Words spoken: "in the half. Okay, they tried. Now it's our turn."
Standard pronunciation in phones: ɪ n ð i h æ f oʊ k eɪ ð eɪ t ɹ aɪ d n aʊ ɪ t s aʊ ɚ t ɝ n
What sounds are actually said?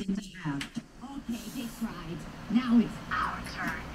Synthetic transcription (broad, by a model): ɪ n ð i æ oʊ k eɪ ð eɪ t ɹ aɪ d n aʊ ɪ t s aʊ ɚ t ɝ